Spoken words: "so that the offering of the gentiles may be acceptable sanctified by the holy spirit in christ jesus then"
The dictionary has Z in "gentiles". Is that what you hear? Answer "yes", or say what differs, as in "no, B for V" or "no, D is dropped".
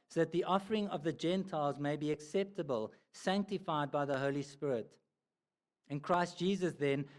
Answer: yes